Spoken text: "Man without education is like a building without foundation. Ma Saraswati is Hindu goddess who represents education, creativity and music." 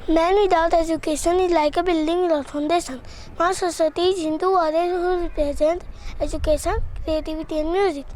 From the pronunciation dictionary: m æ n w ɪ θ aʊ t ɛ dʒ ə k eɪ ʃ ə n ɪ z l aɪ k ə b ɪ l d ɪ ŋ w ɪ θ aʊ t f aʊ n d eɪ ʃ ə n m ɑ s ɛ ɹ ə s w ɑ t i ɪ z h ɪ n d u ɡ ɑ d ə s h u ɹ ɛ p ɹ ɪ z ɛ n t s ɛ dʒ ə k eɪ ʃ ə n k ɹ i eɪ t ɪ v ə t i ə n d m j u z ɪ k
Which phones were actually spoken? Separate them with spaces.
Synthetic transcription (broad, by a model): m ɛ n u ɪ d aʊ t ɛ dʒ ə k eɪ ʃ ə n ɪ l aɪ k ə b ɪ l d ɪ ŋ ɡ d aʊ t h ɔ n d eɪ s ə n m ɑ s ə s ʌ t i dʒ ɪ n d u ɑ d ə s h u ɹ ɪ p ɹ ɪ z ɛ n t ɛ dʒ ə k eɪ ʃ ə n k ɹ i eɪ t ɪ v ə t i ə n m j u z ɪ k